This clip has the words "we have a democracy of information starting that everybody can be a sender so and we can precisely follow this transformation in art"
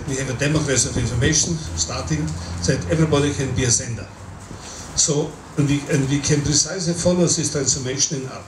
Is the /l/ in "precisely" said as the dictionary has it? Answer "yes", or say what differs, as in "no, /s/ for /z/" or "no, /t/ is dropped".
no, /l/ is dropped